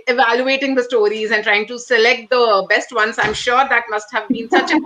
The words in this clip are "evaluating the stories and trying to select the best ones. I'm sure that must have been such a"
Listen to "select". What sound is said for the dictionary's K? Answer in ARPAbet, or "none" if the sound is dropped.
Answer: K